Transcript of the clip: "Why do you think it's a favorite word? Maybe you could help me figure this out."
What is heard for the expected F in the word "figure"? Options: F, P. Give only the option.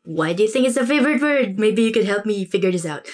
F